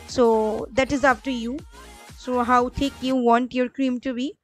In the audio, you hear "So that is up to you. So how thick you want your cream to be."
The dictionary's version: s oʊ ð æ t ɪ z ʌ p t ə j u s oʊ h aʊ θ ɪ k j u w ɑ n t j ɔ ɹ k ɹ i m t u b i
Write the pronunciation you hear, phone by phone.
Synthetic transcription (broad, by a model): s oʊ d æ t ɪ z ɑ f t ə j u s oʊ h aʊ t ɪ k j u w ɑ n t j ɔ ɹ k ɹ i m t u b i